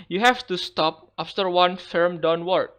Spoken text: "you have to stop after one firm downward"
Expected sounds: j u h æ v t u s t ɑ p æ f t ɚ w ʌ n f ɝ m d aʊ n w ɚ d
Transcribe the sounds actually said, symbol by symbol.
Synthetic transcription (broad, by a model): j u h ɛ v t u s t ɑ p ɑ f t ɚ w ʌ n f ɝ m d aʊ n w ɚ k